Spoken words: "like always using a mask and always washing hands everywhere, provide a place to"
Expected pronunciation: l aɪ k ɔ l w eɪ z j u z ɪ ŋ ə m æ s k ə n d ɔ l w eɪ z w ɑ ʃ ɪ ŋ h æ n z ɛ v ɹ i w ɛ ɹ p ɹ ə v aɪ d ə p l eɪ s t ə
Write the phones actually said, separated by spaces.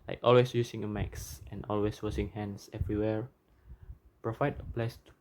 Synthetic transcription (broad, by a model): l aɪ k ɔ l w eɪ s j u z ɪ ŋ ə m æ s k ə n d ɔ l w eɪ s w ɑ s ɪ ŋ h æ n s ɛ v ɹ i w ɛ ɹ p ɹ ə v aɪ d ə p l eɪ s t